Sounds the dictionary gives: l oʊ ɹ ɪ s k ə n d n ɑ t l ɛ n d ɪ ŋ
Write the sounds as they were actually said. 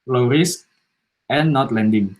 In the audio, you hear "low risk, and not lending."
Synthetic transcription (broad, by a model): l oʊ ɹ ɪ s ə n n ɑ t l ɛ n d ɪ ŋ